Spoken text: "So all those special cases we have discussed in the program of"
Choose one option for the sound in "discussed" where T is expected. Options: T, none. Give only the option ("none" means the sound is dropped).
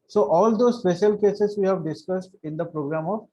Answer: T